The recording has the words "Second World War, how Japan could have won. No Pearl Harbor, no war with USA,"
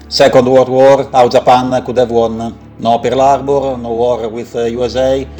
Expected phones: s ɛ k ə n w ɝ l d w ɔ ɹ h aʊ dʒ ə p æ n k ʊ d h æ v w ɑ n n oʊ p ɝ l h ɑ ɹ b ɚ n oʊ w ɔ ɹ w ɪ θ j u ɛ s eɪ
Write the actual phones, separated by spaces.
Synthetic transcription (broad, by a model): s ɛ k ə n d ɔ d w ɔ ɹ aʊ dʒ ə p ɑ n k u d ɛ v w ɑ n n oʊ p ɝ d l ɑ ɹ b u n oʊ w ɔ ɹ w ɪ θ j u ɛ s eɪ